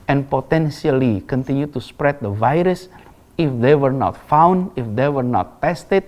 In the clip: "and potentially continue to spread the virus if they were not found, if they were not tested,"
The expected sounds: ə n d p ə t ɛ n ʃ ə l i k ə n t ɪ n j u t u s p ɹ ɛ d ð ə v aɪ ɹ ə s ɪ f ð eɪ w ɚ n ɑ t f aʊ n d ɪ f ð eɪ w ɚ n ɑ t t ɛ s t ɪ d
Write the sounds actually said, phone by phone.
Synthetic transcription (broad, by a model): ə n p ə t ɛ n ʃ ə l i k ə n t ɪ n j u t u s p ɹ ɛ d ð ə v aɪ ɹ ə s ɪ f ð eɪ w ɚ n ɑ t f aʊ n d ɪ f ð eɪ w ɚ n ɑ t t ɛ s t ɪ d